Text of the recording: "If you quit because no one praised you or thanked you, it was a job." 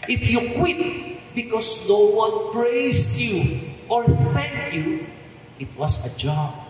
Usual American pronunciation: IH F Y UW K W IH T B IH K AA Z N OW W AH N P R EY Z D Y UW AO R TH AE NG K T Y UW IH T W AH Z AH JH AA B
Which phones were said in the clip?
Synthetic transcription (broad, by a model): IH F Y UW K W IH T B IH K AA S N OW W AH N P R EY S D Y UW AO R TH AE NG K Y UW IH T W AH S AH JH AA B